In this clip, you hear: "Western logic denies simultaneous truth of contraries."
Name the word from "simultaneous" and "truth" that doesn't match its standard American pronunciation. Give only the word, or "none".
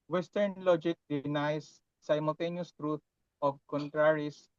truth